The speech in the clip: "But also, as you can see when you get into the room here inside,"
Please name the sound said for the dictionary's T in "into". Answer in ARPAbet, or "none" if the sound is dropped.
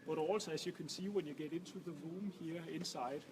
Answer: S